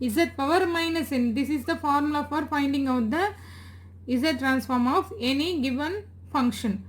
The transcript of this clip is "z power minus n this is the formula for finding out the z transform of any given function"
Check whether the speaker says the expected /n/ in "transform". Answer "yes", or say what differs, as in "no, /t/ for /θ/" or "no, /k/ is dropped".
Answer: yes